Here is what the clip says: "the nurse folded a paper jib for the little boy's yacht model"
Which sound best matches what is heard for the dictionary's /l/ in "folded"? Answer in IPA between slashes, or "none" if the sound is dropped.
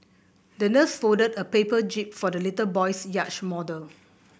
none